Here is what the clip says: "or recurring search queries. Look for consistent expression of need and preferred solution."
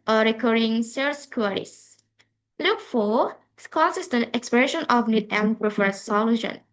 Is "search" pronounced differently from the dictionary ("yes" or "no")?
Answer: yes